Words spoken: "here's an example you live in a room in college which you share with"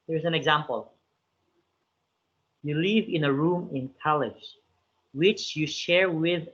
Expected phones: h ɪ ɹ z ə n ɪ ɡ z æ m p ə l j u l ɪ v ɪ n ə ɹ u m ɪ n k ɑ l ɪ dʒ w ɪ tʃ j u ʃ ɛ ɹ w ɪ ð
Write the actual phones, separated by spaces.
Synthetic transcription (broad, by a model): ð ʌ ɹ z ə n ɪ ɡ z æ m p ə l j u l ɪ v ɪ n ə ɹ u m ɪ n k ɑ l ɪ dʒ w ɪ tʃ j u ʃ ɛ ɹ w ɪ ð